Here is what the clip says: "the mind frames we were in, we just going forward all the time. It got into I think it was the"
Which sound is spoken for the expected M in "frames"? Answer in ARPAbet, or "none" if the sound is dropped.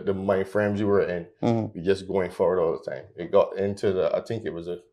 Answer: M